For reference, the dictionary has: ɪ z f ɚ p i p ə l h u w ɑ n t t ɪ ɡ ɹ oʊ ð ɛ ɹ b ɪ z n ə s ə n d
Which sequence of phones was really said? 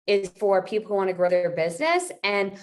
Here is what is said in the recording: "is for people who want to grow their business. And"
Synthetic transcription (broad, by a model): ɪ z f ɚ p i p l h u w ɑ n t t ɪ ɡ ɹ oʊ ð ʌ ɹ b ɪ z n ə s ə n